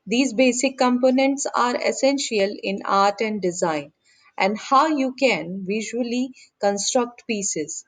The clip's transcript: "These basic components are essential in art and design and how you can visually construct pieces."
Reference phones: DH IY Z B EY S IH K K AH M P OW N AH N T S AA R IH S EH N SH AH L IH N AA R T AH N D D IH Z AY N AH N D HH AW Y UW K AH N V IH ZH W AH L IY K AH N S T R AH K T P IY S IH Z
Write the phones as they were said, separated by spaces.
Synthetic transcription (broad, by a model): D IY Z B EY S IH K K AH M P OW N AH N T S AA R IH S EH N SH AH L IH N AA R T AH N D D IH Z AY N AH N D HH AW Y UW K AH N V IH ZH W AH L IY K AH N S T R AH K T P IY S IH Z